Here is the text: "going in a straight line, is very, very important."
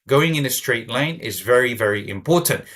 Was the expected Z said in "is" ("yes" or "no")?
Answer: yes